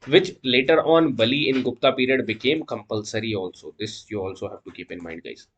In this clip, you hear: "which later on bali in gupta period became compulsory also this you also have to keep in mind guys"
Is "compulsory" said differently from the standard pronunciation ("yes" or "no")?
no